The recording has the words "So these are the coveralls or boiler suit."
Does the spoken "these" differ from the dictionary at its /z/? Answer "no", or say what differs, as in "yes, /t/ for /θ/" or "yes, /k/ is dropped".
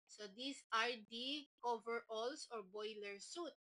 yes, /s/ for /z/